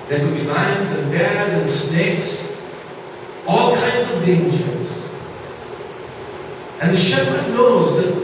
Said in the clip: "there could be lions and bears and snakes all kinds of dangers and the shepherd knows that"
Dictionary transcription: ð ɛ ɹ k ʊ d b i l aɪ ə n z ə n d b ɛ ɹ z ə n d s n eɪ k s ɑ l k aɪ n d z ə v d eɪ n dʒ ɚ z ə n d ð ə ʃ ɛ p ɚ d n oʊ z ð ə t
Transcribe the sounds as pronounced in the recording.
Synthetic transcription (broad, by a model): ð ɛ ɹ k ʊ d b i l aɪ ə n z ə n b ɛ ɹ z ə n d s n eɪ k s ɑ l k aɪ n d z ə v d eɪ n dʒ ɚ z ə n ð ə ʃ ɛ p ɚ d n oʊ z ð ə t